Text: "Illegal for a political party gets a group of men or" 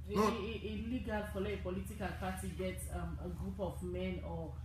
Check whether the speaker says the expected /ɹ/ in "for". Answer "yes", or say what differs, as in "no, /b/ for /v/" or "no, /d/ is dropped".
no, /l/ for /ɹ/